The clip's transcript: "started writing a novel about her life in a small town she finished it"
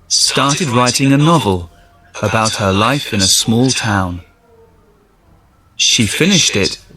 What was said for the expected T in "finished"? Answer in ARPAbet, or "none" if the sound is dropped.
T